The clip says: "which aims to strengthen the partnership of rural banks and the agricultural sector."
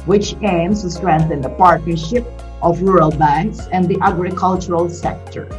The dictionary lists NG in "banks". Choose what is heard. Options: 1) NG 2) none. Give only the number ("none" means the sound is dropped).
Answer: 1